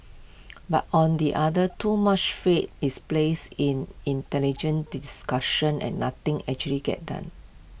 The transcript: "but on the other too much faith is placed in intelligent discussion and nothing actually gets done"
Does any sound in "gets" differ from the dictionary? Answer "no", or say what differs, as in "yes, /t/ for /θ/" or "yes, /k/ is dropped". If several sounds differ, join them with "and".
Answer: yes, /s/ is dropped